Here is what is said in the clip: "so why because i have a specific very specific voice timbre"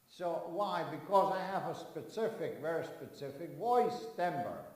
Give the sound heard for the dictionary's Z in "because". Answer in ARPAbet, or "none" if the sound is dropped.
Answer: Z